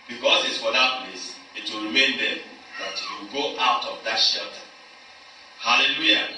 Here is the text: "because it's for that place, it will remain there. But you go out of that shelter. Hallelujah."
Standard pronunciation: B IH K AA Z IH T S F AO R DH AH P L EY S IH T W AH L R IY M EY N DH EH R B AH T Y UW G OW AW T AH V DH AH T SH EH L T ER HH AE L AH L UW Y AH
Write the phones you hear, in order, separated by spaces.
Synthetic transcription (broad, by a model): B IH K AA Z IH T S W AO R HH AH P N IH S IH T W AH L R IY M EY N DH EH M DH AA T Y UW G OW AW T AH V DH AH T SH EH L T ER HH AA L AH L UW Y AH